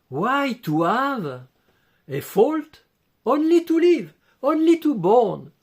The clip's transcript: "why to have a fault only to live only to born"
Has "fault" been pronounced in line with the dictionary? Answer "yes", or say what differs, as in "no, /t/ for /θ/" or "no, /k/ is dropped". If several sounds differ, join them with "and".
yes